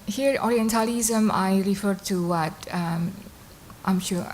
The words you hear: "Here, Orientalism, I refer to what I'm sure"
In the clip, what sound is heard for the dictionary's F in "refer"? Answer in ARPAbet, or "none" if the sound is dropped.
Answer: F